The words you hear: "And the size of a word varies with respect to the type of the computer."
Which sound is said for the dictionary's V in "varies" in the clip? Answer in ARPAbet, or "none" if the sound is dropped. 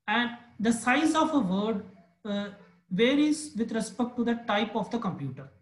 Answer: V